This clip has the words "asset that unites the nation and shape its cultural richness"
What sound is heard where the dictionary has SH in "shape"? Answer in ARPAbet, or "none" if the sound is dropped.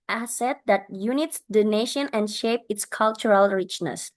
SH